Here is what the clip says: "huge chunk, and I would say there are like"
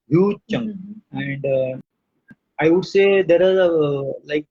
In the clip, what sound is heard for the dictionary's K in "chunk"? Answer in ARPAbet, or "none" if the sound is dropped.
none